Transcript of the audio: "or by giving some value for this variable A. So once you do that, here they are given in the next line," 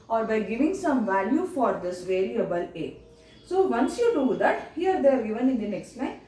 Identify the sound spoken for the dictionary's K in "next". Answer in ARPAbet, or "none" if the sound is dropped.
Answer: K